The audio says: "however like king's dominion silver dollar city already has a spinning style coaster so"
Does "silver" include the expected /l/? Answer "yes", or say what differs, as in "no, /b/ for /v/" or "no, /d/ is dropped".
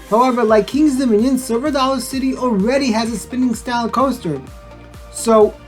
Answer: no, /l/ is dropped